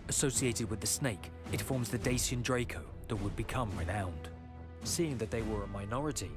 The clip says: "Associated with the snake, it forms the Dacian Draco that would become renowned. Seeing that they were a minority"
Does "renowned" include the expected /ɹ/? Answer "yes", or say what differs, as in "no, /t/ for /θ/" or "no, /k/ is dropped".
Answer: yes